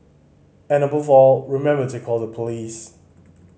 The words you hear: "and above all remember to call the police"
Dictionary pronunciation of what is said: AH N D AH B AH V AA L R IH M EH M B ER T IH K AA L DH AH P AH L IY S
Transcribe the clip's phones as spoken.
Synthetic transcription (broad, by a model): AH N AH B AH V AA L R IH M EH M B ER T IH K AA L DH AH P AH L IY S